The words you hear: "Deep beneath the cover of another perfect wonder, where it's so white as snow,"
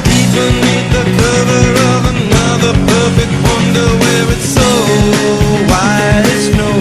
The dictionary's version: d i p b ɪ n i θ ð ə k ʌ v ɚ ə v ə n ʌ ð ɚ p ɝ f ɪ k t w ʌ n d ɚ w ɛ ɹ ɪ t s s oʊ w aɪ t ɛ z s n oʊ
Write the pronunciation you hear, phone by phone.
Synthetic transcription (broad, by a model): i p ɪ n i ð ə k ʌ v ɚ ə v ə n ʌ ð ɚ p ɝ f ɪ k t w ʌ n d ɚ w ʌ ɹ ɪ t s s oʊ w aɪ ɪ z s n oʊ